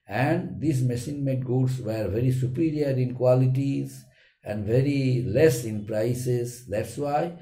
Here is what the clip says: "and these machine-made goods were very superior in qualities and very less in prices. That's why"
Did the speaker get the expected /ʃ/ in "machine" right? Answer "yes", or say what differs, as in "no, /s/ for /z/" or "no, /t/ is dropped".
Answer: no, /s/ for /ʃ/